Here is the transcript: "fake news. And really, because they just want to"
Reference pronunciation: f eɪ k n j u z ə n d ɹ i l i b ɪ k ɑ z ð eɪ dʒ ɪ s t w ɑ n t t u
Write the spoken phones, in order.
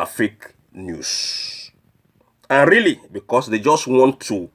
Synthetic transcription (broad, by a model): f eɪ k n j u s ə n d ɹ i l i b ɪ k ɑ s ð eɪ dʒ ɪ s t w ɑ n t t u